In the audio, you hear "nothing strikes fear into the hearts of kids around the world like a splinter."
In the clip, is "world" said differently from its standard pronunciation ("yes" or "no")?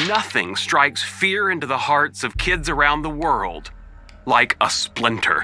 no